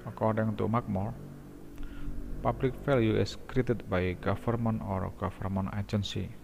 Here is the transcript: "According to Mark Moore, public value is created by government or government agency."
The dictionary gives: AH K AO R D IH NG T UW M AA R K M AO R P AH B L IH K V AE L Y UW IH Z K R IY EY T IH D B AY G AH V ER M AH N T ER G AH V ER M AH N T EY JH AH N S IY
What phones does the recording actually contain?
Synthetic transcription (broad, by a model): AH K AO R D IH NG T UW M AA K M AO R P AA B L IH K F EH L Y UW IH S K R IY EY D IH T B AY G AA F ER M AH N T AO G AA F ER M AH N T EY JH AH N S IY